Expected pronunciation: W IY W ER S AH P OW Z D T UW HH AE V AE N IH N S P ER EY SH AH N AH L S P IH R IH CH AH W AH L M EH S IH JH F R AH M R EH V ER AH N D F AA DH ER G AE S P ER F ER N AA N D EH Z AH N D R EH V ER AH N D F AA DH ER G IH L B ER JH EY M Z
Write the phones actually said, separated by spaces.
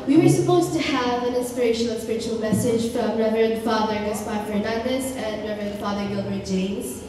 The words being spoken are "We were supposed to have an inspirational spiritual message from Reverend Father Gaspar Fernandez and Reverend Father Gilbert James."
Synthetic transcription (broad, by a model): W IY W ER S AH P OW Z T UW HH AE V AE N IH N S P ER EY SH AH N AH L S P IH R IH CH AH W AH L M EH S IH JH F R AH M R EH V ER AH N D F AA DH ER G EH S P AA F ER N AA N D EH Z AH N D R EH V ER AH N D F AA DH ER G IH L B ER JH EY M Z